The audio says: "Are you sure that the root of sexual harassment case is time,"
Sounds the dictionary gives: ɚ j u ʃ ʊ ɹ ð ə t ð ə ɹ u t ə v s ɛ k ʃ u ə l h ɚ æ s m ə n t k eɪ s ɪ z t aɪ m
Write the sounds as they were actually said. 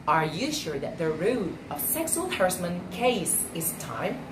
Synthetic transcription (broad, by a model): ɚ j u ʃ ʊ ɹ ð ə t ð ə ɹ u t ə v s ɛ k s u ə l h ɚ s m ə n k eɪ s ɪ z t aɪ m